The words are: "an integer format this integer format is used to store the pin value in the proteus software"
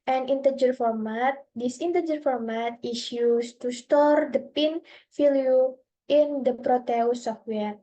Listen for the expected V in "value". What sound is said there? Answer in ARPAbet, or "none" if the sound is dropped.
F